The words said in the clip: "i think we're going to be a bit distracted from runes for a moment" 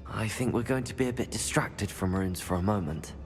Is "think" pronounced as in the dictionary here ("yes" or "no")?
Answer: yes